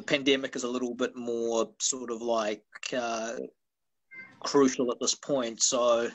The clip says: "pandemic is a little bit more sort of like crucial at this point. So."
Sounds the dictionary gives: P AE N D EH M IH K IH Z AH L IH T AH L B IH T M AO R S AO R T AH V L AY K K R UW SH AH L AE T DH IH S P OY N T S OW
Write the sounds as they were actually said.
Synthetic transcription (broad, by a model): P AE N D EH M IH K IH Z AH L IH T L B IH T M AO R S AO R T AH V L AY K K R UW SH L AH T DH IH S P OY N T S OW